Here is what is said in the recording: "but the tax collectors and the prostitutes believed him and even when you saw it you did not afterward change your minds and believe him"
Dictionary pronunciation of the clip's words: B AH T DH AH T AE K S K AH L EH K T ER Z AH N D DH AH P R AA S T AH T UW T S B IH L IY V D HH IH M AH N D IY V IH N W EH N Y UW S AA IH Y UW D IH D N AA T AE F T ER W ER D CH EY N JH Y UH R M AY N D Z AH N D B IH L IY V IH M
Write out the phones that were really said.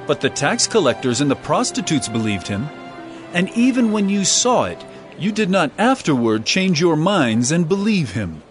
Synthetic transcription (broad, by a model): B AH T DH AH T AE K S K AH L EH K T ER Z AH N DH AH P R AA S T AH T UW T S B IH L IY V D HH IH M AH N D IY V IH N W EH N Y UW S AA IH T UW D IH D N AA T AE F T ER W ER D CH EY N JH Y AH R M AY N D Z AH N B IH L IY V IH M